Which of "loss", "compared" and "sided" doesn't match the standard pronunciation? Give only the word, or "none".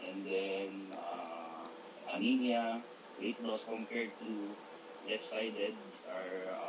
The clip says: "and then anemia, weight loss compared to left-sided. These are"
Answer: loss